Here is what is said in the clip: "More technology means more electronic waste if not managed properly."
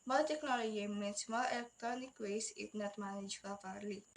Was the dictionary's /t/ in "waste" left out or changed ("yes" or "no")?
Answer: yes